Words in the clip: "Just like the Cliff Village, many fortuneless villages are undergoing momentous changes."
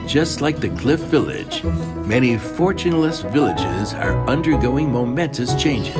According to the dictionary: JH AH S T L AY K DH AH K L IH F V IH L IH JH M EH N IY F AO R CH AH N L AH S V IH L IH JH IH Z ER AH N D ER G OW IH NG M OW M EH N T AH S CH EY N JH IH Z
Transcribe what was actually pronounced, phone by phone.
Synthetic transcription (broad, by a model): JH AH S T L AY K DH AH K L IH F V IH L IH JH M EH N IY F AO R CH AH N L AH S V IH L IH JH IH Z ER AH N D ER G OW IH NG M OW M EH N T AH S CH EY N JH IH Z